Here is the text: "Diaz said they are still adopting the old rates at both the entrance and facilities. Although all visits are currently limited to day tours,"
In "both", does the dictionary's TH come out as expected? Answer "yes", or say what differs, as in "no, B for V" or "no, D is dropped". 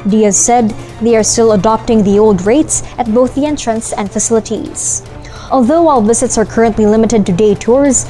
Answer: yes